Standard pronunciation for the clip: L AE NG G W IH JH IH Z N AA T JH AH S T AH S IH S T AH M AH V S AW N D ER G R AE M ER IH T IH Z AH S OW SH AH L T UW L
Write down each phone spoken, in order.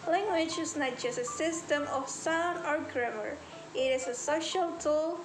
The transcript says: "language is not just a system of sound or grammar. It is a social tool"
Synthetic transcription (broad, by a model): L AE NG G W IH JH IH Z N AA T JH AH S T AH S IH S T AH M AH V S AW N ER G R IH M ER IH T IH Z AH S OW SH AH L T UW L